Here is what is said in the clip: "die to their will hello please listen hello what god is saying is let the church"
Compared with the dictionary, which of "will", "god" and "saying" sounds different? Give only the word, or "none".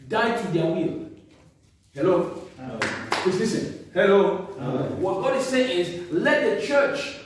none